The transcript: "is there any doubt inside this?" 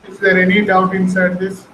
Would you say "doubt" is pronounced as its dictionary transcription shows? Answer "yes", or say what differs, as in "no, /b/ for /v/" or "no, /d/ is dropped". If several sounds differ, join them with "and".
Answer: yes